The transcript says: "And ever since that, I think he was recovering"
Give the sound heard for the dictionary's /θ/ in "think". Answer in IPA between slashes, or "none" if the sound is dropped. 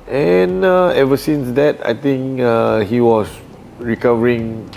/t/